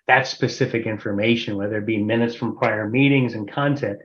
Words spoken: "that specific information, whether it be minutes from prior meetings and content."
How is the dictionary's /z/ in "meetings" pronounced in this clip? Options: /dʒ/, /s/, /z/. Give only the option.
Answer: /z/